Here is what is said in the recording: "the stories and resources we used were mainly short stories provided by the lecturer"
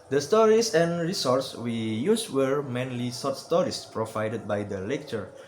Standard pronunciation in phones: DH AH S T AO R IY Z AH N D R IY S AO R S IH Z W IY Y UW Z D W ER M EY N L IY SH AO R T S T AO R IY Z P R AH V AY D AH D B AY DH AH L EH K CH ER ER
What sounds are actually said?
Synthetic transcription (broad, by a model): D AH S T AO R IY S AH N R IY S AO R S W IY Y UW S W ER M EY N L IY S AO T S T AO R IY S P R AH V AY D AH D B AY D AH L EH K CH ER ER